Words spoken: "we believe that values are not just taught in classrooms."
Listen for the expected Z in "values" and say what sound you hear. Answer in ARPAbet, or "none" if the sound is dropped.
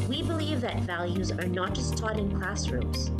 Z